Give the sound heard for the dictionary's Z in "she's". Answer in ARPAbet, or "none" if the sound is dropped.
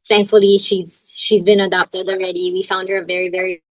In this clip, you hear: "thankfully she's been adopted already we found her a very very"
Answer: Z